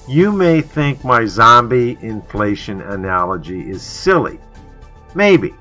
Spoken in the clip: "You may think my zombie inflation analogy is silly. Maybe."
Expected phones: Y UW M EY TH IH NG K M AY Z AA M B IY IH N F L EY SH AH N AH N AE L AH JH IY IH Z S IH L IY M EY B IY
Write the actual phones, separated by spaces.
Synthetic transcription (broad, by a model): Y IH M EY TH IH NG K M AY Z AA M B IY IH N F L EY SH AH N AH N AE L AH JH IY IH Z S IH L IY M EY B IY